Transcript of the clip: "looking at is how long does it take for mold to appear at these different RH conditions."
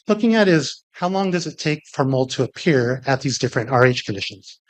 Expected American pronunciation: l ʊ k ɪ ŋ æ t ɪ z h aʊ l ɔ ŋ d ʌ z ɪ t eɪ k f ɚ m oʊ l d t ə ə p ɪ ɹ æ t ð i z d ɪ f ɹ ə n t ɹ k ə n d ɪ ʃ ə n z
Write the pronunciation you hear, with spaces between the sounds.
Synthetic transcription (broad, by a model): l ʊ k ɪ ŋ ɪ t ɪ z h aʊ l ɔ ŋ d ʌ z ɪ t eɪ k f ɚ m oʊ l d t ə ə p ɪ ɹ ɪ t ð i z d ɪ f ɹ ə n t ɹ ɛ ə n d ɪ ʃ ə n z